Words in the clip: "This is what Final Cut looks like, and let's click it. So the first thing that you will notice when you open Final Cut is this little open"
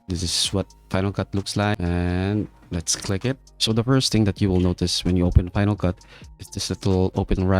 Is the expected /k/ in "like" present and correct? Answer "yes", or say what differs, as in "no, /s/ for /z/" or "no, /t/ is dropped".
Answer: no, /k/ is dropped